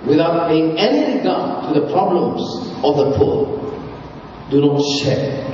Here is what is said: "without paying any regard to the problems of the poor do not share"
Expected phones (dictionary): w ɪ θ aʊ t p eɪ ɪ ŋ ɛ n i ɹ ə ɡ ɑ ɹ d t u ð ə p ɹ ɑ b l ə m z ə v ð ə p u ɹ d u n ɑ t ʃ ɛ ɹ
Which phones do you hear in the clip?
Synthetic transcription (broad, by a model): w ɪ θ aʊ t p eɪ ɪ ŋ ɛ n i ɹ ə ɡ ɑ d t u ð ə p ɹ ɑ b l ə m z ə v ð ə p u l d u n ɑ t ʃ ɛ